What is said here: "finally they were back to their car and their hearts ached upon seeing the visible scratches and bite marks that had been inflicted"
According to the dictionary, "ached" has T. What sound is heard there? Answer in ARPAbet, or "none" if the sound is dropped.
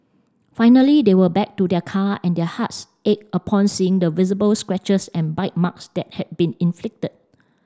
none